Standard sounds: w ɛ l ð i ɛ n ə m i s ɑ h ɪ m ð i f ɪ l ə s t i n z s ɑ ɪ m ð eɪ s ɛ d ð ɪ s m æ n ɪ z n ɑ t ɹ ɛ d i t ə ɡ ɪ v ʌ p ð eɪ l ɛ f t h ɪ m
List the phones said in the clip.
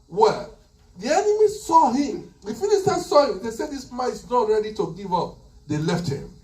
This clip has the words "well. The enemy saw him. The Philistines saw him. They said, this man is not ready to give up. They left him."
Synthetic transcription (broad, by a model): w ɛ l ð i ɛ n ə m i s ɑ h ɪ m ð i f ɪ n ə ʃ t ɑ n s ɑ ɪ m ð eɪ s ɛ d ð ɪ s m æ ɪ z n ɑ t ɹ ɛ d i t ə ɡ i v ʌ p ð eɪ l ɛ f t h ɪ m